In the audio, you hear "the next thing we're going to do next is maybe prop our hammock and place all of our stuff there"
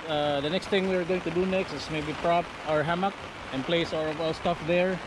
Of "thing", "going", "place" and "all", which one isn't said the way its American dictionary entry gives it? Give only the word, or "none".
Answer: thing